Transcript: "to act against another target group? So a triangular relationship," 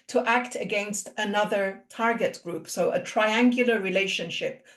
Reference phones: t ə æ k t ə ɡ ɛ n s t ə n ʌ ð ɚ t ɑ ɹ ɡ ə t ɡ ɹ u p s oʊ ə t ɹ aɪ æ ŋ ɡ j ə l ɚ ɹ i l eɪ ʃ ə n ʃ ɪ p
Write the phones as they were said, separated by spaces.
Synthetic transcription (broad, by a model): t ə æ k t ə ɡ ɛ n s t ə n ʌ ð ɚ t ɑ ɹ ɡ ə t ɡ ɹ u p s oʊ ə t ɹ aɪ æ ŋ ɡ j ə l ɚ ɹ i l eɪ ʃ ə n ʃ ɪ p